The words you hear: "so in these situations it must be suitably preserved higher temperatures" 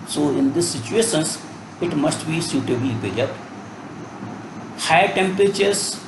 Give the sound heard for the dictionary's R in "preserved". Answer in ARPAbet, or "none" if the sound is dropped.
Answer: none